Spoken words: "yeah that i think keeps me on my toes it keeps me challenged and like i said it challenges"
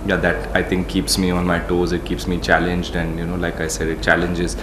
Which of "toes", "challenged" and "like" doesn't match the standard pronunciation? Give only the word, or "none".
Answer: none